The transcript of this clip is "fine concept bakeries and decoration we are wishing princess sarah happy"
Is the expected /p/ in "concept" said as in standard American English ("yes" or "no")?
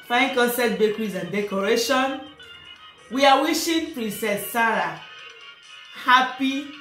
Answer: no